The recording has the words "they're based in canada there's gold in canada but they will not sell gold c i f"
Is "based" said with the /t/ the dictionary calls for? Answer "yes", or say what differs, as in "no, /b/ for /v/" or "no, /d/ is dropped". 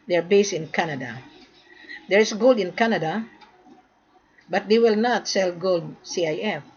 no, /t/ is dropped